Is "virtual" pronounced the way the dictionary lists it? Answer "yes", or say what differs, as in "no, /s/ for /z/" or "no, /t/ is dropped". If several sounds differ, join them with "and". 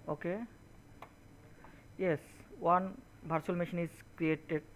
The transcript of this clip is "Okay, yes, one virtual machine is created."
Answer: no, /b/ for /v/